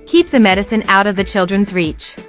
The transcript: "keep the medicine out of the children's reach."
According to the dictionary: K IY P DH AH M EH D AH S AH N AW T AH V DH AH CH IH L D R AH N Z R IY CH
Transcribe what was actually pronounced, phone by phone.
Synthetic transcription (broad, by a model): K IY P DH AH M EH D AH S AH N AW T AH V DH AH CH IH L D R AH N Z R IY CH